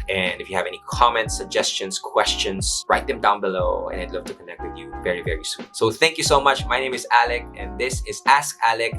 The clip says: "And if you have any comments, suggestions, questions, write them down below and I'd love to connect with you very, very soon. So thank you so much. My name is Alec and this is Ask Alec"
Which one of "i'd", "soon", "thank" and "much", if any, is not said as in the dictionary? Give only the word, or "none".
none